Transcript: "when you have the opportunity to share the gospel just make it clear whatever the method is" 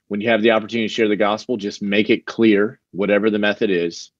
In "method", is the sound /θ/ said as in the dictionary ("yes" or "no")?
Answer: yes